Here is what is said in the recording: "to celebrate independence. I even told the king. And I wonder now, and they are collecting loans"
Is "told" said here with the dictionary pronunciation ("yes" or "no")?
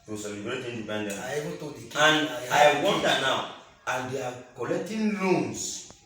no